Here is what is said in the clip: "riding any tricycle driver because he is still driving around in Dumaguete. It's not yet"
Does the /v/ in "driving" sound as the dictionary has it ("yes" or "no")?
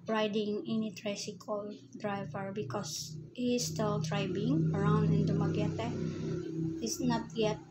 no